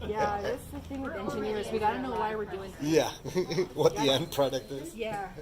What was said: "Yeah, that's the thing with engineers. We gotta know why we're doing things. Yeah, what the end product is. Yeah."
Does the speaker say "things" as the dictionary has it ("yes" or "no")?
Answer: no